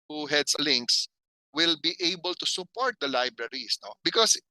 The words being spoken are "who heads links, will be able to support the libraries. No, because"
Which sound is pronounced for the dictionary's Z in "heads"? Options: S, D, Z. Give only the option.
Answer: S